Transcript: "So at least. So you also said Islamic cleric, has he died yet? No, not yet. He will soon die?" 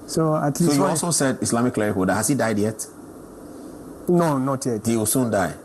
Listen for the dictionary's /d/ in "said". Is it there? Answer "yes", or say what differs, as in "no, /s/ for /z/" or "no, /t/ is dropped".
yes